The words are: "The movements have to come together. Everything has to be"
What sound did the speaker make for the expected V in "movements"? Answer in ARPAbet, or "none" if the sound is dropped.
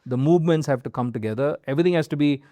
V